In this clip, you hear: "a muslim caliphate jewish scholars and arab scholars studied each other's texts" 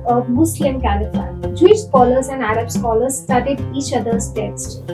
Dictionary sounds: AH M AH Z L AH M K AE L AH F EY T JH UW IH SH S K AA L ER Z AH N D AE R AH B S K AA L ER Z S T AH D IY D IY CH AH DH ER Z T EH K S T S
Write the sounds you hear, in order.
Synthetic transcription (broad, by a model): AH M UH S L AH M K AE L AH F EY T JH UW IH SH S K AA L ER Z AH N D AE R AH B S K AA L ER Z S T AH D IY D IY CH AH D ER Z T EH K S T